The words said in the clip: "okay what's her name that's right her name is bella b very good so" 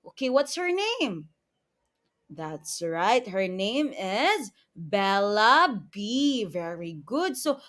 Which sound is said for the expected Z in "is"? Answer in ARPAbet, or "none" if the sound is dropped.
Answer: Z